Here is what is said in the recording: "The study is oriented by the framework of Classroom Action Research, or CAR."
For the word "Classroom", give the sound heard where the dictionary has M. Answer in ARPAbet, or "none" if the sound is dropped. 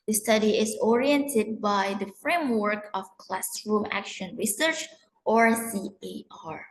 M